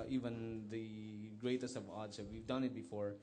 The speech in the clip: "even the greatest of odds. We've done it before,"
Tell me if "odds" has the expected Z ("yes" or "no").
no